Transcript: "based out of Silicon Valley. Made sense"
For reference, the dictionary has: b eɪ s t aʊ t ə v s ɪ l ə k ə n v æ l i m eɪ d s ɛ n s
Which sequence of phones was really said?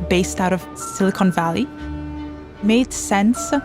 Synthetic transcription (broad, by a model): b eɪ s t aʊ t ə v s ɪ l ə k ə n v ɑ l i m eɪ d s ɛ n s